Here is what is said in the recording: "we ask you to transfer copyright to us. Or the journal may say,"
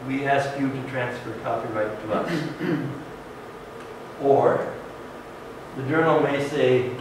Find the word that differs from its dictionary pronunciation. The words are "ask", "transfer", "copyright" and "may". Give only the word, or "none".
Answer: copyright